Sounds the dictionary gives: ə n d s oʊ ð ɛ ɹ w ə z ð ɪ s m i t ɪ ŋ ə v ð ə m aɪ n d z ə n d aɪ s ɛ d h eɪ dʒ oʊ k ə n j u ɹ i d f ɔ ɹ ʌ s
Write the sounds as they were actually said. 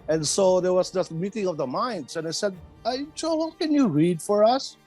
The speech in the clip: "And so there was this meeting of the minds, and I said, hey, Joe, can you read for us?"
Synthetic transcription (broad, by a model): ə n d s oʊ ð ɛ ɹ w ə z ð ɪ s m i t ɪ ŋ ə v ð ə m aɪ n d s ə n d aɪ s ɛ d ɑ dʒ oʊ k ə n j u ɹ i d f ɔ ɹ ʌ s